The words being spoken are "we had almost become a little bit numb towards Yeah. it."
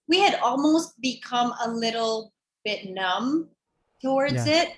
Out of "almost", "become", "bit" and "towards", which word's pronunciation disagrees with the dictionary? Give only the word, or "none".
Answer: none